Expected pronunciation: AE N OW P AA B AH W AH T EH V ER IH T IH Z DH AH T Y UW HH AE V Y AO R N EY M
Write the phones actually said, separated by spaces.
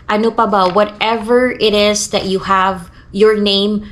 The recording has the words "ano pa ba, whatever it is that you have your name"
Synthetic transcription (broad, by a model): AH N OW P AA B AH W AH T EH V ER IH T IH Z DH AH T Y UW HH AE V Y AO R N EY M